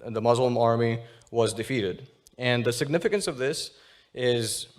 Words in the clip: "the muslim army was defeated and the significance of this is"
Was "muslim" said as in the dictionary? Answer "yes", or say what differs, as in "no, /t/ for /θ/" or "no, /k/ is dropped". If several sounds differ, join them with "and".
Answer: yes